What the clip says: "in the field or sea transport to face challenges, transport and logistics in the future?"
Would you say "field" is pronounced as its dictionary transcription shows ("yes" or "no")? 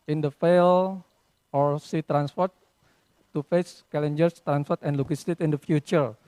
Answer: no